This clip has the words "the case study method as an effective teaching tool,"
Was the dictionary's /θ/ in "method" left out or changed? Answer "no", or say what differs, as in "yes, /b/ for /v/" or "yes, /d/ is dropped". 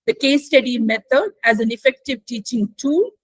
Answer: yes, /t/ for /θ/